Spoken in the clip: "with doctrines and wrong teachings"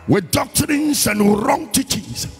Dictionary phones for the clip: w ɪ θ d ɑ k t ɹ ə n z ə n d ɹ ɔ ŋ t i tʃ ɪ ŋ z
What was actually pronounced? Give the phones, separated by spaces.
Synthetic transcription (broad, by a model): w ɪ d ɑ k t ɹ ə n s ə n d ɹ ɔ ŋ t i tʃ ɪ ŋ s